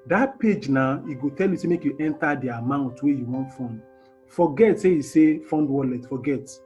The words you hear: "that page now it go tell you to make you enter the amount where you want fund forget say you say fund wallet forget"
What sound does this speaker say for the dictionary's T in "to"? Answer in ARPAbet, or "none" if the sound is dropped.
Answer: S